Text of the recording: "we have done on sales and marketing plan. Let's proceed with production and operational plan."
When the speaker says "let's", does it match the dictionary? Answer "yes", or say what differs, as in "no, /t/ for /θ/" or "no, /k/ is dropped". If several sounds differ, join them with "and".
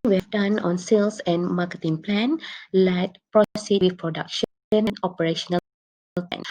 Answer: no, /s/ is dropped